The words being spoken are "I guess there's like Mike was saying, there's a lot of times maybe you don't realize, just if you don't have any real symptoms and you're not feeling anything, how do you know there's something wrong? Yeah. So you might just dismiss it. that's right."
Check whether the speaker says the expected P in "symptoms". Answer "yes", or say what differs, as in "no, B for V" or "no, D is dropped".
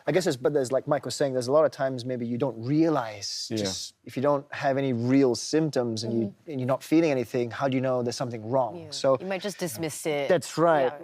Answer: yes